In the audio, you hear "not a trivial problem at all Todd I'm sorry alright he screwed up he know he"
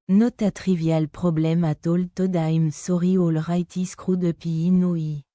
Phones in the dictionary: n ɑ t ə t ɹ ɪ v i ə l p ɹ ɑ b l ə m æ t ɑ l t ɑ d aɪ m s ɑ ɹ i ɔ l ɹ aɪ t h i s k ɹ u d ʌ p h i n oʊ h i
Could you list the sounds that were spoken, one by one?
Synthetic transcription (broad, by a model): n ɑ t ə t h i v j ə l p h ɑ b l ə m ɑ t ɑ l t ɑ d aɪ m s ɑ ɹ i ɔ l ɹ aɪ t i s k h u d ʌ p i n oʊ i